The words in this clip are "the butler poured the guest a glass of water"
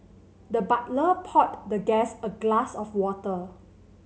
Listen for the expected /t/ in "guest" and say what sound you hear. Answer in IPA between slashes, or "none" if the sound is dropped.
none